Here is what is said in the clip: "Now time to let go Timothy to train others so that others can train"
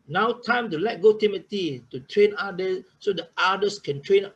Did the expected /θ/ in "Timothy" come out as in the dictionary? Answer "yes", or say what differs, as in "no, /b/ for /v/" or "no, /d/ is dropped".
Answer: no, /t/ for /θ/